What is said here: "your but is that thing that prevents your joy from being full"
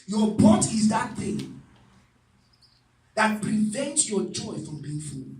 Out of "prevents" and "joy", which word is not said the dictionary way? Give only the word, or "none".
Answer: none